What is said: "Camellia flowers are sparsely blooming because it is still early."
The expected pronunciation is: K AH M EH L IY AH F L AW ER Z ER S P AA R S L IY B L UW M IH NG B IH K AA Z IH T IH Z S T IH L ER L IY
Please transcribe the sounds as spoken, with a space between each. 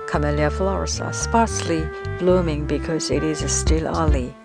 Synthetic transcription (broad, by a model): K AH M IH L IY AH F L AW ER S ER S P AA R S L IY B L UW M IH NG B IH K AA Z IH T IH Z S T IH L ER L IY